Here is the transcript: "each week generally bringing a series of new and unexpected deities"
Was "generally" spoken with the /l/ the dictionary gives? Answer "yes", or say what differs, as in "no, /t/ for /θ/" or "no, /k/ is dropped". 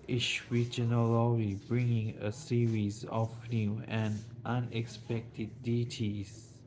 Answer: no, /w/ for /l/